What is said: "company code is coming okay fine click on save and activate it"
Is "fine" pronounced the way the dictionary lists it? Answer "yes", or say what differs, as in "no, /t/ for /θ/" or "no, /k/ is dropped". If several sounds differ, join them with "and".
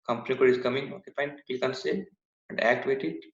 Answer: no, /p/ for /f/